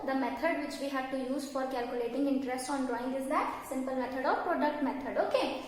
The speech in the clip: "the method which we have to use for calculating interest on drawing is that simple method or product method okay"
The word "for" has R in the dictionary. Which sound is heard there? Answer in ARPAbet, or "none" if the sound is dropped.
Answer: R